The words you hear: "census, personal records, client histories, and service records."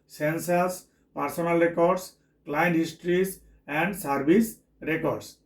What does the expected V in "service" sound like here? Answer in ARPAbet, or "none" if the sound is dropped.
B